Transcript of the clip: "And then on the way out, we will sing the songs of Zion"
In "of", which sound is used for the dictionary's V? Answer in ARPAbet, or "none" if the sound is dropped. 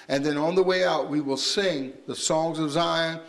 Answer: V